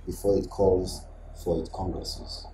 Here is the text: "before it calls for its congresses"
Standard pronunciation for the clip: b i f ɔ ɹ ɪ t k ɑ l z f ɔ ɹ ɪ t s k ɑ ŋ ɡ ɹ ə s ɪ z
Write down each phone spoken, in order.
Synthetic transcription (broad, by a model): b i f ɔ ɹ ɪ t k ɑ l z f ɔ ɹ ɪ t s k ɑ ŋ ɡ ɹ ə s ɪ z